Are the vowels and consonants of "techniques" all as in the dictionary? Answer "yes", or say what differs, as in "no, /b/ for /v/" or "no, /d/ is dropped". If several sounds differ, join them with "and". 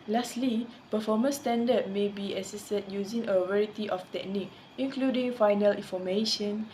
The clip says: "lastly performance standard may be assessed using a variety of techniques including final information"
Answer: no, /s/ is dropped